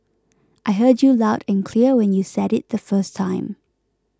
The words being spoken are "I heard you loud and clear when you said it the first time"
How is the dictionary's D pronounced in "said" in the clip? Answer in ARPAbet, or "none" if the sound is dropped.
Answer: D